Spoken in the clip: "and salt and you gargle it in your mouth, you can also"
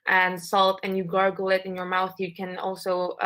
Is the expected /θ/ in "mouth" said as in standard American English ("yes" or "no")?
yes